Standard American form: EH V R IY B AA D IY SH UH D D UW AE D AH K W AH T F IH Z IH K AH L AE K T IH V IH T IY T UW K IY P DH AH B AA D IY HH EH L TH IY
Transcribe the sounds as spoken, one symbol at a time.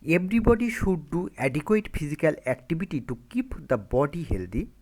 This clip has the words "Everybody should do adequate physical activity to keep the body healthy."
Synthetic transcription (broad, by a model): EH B R IY B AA D IY SH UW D D UW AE D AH K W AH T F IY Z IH K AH L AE K T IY B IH T IY T UW K IY P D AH B AA D IY HH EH L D IY